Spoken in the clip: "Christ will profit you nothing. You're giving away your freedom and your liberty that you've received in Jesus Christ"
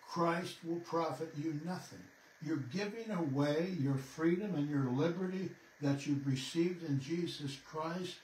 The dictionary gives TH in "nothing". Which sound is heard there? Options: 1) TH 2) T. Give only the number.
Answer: 1